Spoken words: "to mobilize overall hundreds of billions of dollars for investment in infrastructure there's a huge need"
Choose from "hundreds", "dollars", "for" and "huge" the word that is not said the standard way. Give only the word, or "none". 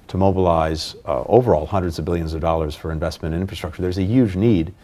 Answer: none